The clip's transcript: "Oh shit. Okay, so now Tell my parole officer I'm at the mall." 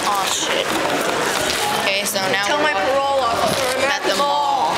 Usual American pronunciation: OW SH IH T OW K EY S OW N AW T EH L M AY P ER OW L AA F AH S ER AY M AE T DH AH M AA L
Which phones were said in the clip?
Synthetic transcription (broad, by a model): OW SH IH T OW K EY S OW N AW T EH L M AY P ER OW L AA AH ER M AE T DH AH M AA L